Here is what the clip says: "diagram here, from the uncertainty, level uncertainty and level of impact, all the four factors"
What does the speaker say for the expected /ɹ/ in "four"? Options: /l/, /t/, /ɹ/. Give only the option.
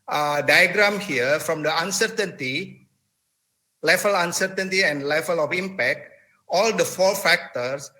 /l/